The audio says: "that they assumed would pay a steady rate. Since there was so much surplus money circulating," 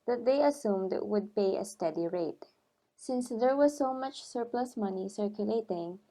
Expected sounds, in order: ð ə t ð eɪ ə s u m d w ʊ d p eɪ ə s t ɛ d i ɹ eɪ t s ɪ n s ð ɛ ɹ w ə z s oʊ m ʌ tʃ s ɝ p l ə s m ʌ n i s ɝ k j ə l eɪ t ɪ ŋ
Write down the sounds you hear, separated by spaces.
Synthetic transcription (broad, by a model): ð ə t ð eɪ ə s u m d w ʊ d p eɪ ə s t ɛ d i ɹ eɪ t s ɪ n s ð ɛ ɹ w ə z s oʊ m ʌ tʃ s ɝ p l ə s m ʌ n i s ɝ k j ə l eɪ t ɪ ŋ